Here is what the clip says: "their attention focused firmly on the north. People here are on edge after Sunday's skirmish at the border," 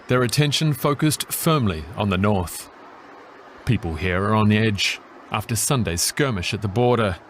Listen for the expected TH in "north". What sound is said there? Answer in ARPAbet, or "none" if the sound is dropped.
TH